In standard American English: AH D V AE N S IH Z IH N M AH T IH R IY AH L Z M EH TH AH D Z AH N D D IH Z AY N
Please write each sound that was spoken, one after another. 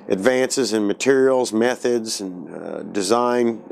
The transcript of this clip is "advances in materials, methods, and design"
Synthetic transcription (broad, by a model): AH D V AE N S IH Z IH N M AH T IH R IY L Z M EH TH AH D Z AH N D D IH Z AY N